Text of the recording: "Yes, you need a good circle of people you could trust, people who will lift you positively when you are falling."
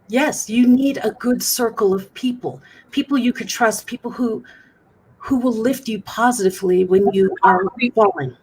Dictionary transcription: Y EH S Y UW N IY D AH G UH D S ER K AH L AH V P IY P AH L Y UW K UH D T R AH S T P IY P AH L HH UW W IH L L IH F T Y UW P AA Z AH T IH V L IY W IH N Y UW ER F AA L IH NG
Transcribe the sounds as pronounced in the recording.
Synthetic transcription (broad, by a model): Y EH S Y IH N IY D AH G UH D S ER K L AH V P IY P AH L Y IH K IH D T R AH S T P IY P L HH UW W IH L L IH F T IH P AA Z AH T IH V L IY W IH N Y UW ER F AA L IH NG